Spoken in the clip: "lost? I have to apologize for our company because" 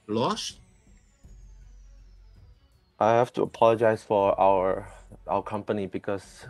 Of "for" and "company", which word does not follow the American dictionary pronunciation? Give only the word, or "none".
for